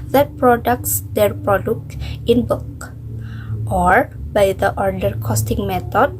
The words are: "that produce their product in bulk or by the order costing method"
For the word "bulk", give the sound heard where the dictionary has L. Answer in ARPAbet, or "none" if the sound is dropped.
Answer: none